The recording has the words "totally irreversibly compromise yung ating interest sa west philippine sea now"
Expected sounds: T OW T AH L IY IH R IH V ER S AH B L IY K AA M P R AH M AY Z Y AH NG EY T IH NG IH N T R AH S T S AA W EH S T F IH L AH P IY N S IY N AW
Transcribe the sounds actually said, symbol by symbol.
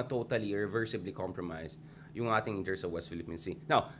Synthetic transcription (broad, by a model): T OW T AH L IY IH R IH V ER S AH B L IY K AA M P R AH M AY S Y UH NG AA T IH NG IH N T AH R S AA W EH S T F IH L AH P IY N S IY N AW